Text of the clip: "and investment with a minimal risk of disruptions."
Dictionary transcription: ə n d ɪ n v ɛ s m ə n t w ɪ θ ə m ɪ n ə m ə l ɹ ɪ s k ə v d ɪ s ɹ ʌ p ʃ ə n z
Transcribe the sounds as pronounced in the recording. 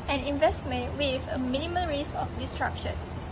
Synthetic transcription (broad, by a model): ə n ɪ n v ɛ s m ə n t w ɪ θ ə m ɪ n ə m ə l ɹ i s ə f d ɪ s ɹ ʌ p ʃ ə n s